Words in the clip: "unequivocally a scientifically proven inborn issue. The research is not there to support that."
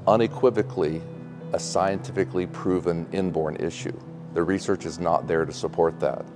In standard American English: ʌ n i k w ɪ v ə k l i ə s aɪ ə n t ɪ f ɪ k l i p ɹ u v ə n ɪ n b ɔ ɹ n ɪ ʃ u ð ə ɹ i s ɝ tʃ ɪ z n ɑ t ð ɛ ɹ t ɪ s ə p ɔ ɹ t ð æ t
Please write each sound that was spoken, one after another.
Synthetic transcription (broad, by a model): ʌ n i k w ɪ v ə k l i ə s aɪ ə n t ɪ f ɪ k l i p ɹ u v ə n ɪ n b ɔ ɹ n ɪ ʃ u ð ə ɹ i s ɝ tʃ ɪ z n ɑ t ð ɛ ɹ t ɪ s ə p ɔ ɹ t ð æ t